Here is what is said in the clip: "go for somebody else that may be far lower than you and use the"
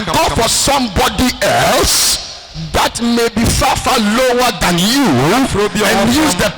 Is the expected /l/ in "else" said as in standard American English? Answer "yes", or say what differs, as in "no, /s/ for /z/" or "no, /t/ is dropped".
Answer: yes